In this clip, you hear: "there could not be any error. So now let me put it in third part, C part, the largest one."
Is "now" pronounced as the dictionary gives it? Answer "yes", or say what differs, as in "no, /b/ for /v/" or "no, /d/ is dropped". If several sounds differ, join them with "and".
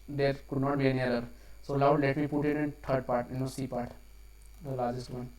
no, /l/ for /n/